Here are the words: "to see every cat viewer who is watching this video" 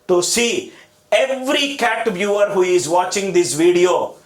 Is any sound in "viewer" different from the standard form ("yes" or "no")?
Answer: yes